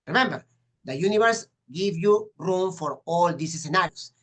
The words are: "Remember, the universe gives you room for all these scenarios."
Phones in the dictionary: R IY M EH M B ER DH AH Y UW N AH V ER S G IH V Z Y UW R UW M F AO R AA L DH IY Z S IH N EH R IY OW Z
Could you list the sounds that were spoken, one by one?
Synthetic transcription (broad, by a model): R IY M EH M B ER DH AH Y UW N AH V ER S G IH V Y UW R UW M F AO R AA L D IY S S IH N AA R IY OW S